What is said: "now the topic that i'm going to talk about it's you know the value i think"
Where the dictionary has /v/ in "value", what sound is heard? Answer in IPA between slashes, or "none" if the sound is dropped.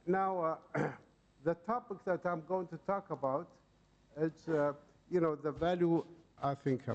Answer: /v/